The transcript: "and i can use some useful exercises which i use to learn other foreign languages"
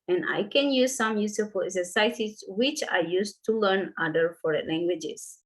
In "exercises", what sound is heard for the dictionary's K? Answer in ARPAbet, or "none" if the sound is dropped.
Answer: none